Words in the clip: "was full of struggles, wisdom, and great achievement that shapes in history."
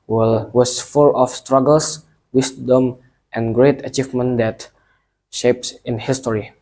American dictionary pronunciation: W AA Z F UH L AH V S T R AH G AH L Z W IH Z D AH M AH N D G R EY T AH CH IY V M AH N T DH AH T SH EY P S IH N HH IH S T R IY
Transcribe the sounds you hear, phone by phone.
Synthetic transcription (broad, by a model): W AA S F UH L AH F S T R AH G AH L S W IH S D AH M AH N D G R EY T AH CH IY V M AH N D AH T SH EY P S IH N HH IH S T R IY